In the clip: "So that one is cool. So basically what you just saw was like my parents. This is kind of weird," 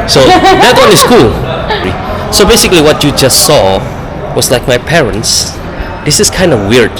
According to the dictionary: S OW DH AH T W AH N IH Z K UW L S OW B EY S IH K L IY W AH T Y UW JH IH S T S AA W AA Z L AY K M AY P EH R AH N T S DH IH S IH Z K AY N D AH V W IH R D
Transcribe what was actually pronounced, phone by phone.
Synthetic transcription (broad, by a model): S OW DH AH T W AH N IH S K UW L S OW B EY S IH K L IY W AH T Y UW JH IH S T S AA W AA S L AY K M AY P EH R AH N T S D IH S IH S K AY N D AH W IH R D